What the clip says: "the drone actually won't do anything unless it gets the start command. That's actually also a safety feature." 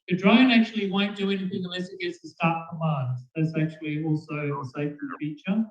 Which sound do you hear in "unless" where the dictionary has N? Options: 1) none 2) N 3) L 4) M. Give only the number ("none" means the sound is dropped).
1